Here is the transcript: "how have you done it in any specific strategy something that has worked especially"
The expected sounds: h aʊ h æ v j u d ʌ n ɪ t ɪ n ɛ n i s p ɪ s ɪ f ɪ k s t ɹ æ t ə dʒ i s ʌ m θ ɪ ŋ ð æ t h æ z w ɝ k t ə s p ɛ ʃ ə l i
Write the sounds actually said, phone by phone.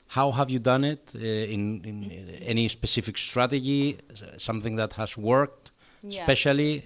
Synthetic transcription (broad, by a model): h aʊ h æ v j u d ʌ n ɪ t ɪ n ɛ n i s p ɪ s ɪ f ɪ k s t ɹ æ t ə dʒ i s ʌ m θ ɪ ŋ ð æ t h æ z w ɝ k t s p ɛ ʃ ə l i